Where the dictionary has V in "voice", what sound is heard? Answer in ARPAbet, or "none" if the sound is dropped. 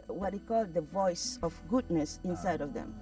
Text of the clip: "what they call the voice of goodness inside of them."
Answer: V